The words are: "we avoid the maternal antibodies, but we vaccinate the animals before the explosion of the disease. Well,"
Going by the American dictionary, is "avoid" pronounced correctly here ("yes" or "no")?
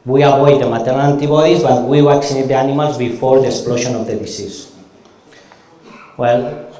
no